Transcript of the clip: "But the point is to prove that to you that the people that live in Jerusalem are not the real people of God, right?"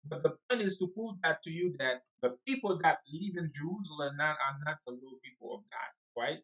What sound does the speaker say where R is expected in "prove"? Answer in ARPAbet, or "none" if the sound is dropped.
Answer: none